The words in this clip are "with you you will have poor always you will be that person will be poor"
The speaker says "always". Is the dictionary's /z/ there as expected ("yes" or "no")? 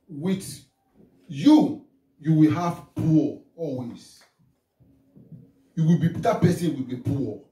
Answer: no